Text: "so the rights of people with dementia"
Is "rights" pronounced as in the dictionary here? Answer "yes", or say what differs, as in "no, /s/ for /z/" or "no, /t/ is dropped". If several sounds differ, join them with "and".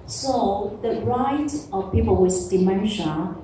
no, /s/ is dropped